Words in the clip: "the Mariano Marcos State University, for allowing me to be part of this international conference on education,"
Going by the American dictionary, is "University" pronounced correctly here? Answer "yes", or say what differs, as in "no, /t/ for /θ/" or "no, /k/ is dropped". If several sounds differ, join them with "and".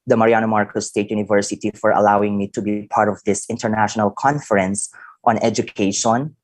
yes